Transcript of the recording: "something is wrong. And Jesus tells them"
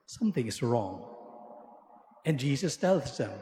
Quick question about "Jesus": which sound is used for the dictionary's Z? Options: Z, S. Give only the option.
Z